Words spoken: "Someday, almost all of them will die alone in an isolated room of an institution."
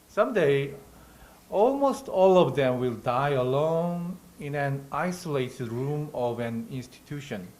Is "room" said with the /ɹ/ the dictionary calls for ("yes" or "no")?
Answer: yes